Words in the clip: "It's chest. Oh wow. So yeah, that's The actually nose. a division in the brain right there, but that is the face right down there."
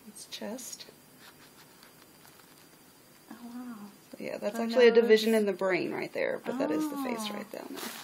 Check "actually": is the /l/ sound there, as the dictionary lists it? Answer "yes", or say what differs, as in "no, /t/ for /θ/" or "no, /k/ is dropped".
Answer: no, /l/ is dropped